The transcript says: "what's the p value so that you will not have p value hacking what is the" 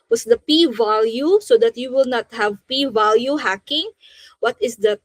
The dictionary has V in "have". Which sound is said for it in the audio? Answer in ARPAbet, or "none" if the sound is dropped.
V